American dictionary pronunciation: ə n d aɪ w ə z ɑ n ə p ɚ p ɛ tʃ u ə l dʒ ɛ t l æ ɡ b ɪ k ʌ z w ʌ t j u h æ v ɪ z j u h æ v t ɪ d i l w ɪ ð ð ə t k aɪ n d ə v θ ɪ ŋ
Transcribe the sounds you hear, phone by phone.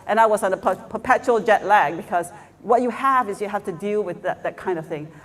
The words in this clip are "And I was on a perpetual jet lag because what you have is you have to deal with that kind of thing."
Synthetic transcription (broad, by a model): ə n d aɪ w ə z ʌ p ə p ɚ p ɛ tʃ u l dʒ ɛ t l æ ɡ b ɪ k ʌ z w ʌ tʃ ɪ h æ v ɪ z j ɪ h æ f t ɪ d i l w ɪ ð ð ə t k aɪ n d ə v θ ɪ ŋ